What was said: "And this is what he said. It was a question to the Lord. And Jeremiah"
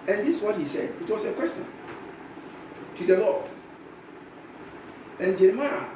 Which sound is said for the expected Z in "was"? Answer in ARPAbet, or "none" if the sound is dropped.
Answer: S